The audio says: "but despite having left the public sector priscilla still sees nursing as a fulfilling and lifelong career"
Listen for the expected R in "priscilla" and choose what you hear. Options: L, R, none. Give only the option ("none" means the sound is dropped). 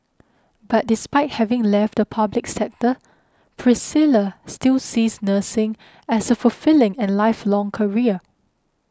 R